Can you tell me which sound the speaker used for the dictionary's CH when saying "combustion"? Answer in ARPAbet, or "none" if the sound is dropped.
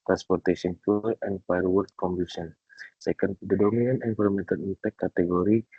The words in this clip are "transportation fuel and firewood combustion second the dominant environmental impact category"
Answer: none